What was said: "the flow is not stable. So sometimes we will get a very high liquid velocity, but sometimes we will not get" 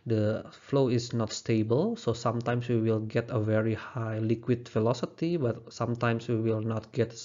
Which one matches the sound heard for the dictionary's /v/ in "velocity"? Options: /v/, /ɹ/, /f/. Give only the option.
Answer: /f/